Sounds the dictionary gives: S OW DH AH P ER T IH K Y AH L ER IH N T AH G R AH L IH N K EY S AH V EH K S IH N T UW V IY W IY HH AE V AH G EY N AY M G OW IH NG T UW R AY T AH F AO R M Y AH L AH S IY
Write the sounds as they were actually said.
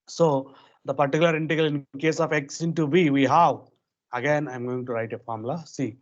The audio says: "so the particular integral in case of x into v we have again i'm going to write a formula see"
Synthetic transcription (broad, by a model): S OW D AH P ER T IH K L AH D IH N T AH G AH L IH N K EY S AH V EH K S IH N T UW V IY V IY HH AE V AH G EY N AY M G OW IH NG T UW R AY T AH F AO R M L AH S IY